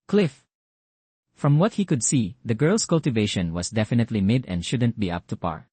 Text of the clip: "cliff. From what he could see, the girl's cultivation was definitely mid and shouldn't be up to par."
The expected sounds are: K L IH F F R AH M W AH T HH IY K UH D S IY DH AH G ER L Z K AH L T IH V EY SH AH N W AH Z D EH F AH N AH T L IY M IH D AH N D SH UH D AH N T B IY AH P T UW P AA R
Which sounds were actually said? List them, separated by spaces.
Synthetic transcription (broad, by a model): K L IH F F R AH M W AH T HH IY K UH D S IY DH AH G ER L S K AH L T IH V EY SH AH N W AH S D EH F AH N AH T L IY M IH D AH N D SH UH D AH N T B IY AH P T UW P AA R